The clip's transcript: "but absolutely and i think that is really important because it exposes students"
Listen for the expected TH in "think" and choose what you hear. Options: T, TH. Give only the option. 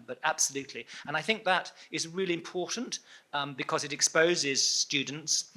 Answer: TH